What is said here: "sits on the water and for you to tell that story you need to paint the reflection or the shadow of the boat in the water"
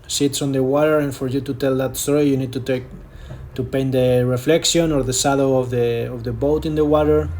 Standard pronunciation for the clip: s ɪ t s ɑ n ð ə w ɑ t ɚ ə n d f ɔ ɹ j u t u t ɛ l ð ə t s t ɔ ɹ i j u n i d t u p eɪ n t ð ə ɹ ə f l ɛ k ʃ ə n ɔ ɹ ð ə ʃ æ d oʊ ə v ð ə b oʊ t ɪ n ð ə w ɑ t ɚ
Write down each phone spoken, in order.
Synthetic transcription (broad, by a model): s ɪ t s ɑ n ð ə w ɑ t ɚ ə n f ɔ ɹ j u t u t ɛ l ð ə t s t ɔ ɹ i j u n i d t u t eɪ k t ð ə ɹ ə f l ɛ k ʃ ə n ɔ ɹ ð ə s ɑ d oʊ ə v ð ə b oʊ t ɪ n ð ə w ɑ t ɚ